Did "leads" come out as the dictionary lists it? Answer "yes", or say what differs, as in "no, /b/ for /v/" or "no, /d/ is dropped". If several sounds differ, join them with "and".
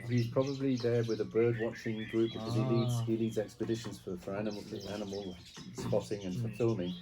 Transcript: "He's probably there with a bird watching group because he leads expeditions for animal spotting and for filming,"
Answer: yes